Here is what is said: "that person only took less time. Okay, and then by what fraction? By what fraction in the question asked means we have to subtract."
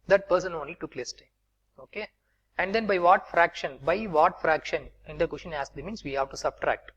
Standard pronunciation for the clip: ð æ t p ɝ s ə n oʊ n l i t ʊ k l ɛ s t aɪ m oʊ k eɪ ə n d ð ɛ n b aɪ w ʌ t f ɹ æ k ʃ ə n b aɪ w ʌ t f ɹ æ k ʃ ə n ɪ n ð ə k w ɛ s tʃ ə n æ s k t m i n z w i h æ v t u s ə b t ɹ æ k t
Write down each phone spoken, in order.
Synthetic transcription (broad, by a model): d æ t p ɝ s ə n oʊ n l i t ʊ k l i s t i oʊ k eɪ ə n d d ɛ n b aɪ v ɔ t f ɹ æ k ʃ ə n b aɪ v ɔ t f ɹ æ k ʃ ə n ɪ n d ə k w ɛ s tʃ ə n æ s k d m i n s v i h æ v t u s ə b t ɹ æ k t